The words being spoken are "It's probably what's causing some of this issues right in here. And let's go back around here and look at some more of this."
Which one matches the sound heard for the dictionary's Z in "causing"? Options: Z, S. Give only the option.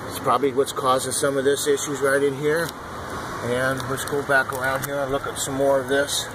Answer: Z